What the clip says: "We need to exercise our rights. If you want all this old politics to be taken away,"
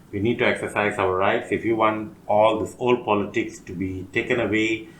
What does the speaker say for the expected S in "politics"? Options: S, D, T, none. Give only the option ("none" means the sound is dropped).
S